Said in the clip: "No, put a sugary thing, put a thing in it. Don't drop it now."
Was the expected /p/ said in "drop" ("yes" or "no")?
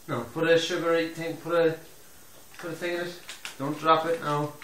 yes